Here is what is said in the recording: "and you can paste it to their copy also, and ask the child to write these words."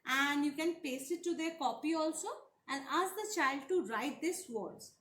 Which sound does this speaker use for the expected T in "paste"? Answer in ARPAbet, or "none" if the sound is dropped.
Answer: none